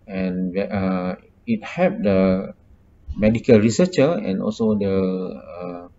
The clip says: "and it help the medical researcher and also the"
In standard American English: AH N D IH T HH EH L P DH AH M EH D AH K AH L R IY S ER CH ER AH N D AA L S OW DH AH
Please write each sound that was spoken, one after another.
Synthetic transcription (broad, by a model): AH N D IH T HH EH P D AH M EH D AH K AH L R IY S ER CH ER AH N AA L S OW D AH